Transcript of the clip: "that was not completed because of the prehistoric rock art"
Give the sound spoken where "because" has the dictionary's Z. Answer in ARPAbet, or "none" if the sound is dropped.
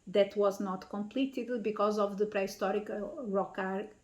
Z